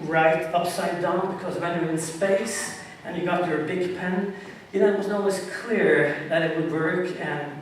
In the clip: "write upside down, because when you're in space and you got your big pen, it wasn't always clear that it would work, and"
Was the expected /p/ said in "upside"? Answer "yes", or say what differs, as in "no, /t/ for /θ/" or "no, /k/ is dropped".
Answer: yes